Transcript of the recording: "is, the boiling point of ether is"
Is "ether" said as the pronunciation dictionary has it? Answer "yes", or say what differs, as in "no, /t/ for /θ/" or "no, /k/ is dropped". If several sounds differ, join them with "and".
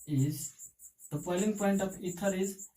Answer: no, /t/ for /θ/